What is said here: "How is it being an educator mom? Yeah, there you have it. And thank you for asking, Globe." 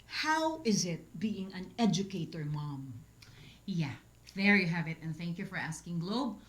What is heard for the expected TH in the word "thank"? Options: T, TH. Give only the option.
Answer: TH